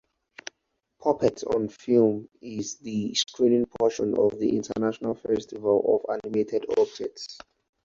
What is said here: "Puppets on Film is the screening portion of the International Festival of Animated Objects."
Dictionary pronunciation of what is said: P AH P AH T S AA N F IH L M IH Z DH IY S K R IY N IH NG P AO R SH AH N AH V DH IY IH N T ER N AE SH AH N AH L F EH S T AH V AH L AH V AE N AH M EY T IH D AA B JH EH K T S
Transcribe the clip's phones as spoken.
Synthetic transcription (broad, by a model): P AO P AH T AA N F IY L M IH Z DH IY S K R IY N IH NG P AO SH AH N AH V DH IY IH N T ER N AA SH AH N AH L F EH S T AH V AH L AH V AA N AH M EY T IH D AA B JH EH T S